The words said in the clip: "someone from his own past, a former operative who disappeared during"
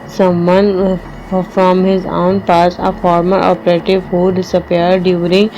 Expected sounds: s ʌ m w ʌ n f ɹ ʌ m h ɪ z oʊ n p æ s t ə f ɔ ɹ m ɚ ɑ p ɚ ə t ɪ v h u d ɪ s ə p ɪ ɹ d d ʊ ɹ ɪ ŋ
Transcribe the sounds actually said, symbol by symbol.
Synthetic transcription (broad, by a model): s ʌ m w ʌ n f ɹ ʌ m h ɪ z oʊ n p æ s ə f ɔ ɹ m ɚ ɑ p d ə t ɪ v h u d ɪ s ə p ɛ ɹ d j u ɹ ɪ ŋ